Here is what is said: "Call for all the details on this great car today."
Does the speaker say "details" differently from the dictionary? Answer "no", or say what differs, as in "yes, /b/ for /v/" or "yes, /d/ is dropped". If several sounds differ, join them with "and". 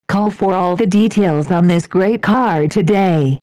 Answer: no